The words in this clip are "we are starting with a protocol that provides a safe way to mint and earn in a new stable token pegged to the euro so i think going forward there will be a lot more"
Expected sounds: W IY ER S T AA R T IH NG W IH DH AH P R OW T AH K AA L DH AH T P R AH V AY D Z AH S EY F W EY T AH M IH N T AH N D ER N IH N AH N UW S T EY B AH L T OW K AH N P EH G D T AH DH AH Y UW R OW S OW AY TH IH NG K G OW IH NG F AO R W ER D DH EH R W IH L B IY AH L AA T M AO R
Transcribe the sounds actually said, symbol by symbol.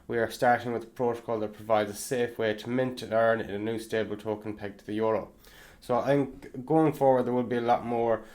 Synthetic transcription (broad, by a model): W IY ER S T AA R T IH NG W IH DH AH P R OW T AH K AA L DH AH T P R AH V AY D Z AH S EY F W EY T AH M IH N T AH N ER N IH N AH N UW S T EY B AH L T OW K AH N P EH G T AH DH AH Y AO R OW S OW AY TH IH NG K G OW IH NG F AO R W ER D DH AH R W IH L B IY AH L AA T M AO R